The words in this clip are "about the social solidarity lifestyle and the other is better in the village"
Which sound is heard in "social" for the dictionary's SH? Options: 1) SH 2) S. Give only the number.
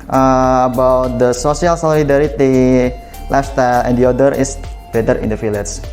2